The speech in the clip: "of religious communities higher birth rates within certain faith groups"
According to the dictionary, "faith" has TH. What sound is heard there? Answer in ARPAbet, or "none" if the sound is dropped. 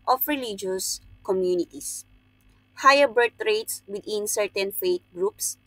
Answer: T